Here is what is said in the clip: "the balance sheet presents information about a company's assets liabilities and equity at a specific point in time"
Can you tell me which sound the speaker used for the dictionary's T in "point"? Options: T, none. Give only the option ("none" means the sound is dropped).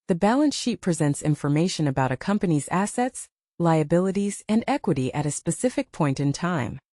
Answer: T